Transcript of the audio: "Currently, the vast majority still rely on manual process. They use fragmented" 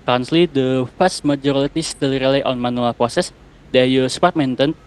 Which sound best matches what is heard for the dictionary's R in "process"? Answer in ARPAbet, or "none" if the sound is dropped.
R